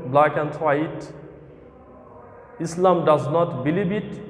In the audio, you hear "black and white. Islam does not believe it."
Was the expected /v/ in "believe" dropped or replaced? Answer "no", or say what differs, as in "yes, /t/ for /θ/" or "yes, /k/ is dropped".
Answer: yes, /b/ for /v/